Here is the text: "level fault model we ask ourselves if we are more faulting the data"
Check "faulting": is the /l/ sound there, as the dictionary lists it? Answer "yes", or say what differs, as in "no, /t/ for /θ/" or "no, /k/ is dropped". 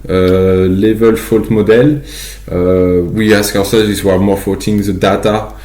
no, /l/ is dropped